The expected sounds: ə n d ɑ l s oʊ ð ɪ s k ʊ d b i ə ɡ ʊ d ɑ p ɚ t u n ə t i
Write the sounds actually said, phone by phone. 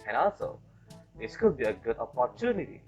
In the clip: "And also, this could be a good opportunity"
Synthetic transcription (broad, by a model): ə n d ɑ l s oʊ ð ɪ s k ʊ d b i ə ɡ ʊ d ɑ p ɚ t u n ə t i